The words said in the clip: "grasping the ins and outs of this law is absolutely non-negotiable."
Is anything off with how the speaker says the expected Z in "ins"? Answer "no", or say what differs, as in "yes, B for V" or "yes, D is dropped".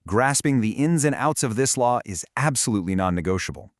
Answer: no